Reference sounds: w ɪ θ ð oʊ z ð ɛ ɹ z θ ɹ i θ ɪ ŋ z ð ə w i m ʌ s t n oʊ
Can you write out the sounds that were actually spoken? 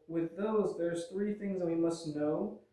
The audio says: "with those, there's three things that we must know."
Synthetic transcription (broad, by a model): w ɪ ð oʊ z ð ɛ ɹ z θ ɹ i θ ɪ ŋ z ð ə w i m ʌ s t n oʊ